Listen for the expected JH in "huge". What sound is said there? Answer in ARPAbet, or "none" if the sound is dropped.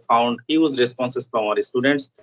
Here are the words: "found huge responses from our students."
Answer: Z